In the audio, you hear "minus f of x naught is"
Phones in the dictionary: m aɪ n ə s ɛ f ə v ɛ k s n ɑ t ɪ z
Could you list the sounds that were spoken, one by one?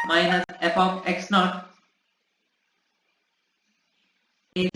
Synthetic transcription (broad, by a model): m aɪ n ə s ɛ p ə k ɛ k s n ɑ t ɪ